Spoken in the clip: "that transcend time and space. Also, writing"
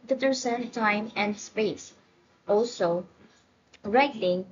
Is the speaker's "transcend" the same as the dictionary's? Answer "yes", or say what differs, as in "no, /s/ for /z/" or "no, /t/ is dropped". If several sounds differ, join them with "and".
no, /ɹ/ is dropped